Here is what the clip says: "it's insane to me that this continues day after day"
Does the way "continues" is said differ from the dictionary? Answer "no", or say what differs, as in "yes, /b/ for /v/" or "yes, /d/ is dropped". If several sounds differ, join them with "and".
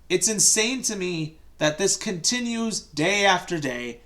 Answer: no